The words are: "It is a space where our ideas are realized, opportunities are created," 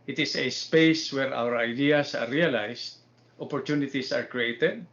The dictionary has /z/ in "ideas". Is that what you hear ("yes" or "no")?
no